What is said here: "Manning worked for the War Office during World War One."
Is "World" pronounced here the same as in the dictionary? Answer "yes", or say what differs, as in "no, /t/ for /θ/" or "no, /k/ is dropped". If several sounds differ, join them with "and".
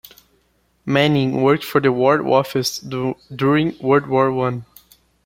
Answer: no, /l/ is dropped